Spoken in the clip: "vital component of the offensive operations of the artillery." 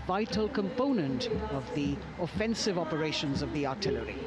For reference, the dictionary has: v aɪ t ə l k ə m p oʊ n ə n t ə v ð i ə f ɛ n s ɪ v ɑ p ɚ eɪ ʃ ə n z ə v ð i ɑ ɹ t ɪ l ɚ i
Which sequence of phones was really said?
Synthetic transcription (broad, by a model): v aɪ t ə l k ə m p oʊ n ə n t ə v ð i ə f ɛ n s ɪ v ɑ p ɚ eɪ ʃ ə n z ə v ð i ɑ ɹ t ɪ l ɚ i